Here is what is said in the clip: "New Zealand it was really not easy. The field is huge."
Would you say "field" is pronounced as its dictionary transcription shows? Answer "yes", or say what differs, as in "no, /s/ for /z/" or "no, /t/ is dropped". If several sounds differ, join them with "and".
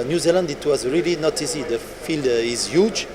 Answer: yes